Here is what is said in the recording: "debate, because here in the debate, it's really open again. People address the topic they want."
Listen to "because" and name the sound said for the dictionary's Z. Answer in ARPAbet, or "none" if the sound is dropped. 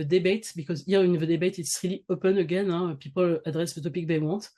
Z